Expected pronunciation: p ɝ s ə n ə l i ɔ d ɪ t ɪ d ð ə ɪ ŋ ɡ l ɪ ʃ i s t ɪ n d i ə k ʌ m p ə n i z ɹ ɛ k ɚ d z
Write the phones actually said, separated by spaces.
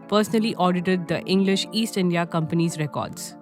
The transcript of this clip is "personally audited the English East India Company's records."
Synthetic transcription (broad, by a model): p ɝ s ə n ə l i ɔ d ɪ t ɪ d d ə ɪ ŋ ɡ l ɪ ʃ i s t ɪ n d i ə k ʌ m p ə n i z ɹ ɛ k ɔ d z